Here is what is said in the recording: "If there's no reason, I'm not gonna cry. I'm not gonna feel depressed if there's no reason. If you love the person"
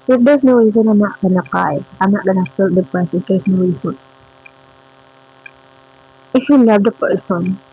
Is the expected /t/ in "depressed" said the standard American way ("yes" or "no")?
no